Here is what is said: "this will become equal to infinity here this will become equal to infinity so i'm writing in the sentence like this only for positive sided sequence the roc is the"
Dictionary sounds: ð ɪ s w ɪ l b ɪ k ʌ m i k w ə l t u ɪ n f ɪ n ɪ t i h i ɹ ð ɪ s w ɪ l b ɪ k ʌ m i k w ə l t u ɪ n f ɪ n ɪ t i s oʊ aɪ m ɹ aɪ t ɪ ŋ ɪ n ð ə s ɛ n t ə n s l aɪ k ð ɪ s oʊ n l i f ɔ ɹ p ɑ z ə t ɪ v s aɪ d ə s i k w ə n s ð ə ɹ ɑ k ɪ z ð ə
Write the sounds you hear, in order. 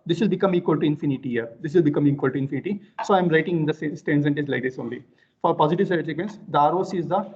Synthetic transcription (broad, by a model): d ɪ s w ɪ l b ɪ k ʌ m i k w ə l t u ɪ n f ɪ n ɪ t i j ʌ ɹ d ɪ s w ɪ l b ɪ k ʌ m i k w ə l t u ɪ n f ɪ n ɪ t i s oʊ aɪ m ɹ aɪ t ɪ ŋ ɪ n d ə s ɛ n s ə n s l aɪ k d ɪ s oʊ n l i f ɔ ɹ p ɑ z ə t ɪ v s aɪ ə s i k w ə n s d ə ɹ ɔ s ɪ z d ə